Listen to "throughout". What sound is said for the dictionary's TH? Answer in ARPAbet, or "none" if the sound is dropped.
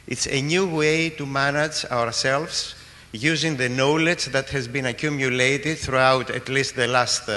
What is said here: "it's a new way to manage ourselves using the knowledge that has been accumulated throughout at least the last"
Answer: TH